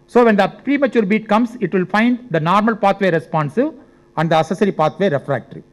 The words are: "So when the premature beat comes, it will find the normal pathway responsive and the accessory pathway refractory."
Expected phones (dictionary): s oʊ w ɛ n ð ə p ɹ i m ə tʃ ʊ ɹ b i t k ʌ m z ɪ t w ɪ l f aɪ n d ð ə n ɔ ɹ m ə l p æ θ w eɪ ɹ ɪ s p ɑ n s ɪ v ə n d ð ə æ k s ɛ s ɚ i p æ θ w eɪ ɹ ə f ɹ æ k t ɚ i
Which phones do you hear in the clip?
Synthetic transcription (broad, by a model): s oʊ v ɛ n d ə p ɹ i m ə tʃ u ɹ b i t k ʌ m s ɪ t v ɪ l f aɪ n d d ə n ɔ ɹ m ə l p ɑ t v eɪ ɹ ɪ s p ɑ n s ɪ v ə n d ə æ s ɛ s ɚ i p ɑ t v eɪ ɹ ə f ɹ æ k t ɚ i